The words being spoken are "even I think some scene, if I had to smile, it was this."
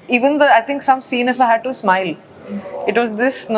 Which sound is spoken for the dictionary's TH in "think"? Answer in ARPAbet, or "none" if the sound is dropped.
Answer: T